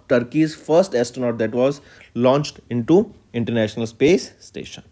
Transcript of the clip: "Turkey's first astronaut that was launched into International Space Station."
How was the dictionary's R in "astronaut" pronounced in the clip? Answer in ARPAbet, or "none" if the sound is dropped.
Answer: none